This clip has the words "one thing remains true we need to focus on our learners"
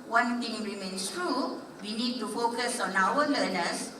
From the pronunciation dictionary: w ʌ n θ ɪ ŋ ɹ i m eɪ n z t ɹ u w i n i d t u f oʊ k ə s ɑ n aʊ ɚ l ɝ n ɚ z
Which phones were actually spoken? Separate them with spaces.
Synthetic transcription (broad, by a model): w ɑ n t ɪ ŋ ɹ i m eɪ n s t ɹ u w i n i d t u f oʊ k ə s ɑ n aʊ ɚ l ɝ n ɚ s